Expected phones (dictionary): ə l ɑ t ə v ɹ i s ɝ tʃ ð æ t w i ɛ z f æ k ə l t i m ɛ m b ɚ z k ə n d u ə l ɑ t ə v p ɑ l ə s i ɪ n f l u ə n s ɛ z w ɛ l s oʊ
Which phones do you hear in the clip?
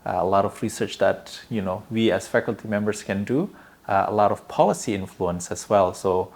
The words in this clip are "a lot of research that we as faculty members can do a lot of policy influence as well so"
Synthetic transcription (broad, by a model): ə l ɑ t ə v ɹ i s ɝ tʃ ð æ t w i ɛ s f æ k ə l t i m ɛ m b ɚ s k ə n d u ə l ɑ t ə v p ɑ l ə s i ɪ n f l u ə n s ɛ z w ɛ l s oʊ